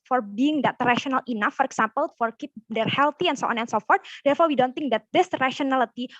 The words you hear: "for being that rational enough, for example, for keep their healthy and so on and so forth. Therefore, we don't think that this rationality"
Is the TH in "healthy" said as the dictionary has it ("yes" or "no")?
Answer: no